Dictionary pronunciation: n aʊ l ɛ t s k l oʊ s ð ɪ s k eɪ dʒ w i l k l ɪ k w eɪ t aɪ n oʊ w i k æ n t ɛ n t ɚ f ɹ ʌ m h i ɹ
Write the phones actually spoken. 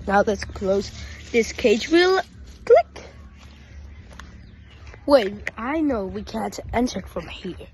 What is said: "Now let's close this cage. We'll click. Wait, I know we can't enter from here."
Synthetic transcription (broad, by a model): n aʊ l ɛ t s k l oʊ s ð ɪ s k eɪ dʒ w i l k l ɪ k w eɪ aɪ n oʊ w i k æ n t ɛ n t ɚ f ɹ ʌ m h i ɹ